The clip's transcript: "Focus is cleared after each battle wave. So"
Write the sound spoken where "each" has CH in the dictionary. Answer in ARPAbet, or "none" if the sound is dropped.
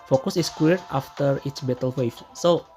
S